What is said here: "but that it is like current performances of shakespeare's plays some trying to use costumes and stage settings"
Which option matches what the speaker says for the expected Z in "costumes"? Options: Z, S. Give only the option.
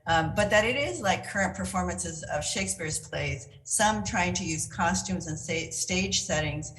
Z